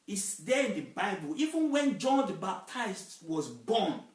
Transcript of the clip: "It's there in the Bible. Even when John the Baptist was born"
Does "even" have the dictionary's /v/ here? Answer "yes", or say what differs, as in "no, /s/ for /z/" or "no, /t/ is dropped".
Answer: yes